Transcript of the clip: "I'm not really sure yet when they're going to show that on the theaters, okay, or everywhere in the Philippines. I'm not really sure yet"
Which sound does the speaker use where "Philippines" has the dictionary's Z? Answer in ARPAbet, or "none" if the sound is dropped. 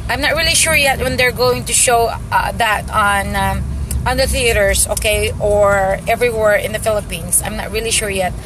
S